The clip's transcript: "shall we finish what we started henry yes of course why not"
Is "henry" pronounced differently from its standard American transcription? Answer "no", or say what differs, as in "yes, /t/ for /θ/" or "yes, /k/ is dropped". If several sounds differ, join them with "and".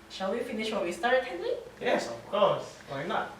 yes, /l/ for /ɹ/